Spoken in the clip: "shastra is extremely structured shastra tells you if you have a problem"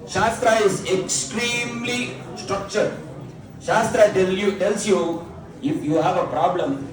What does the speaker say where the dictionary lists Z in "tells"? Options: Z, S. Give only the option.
S